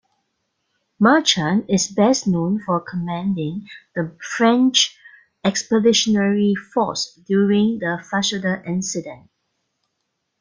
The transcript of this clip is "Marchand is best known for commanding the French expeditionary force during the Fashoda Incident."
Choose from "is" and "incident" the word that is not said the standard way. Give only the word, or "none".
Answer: is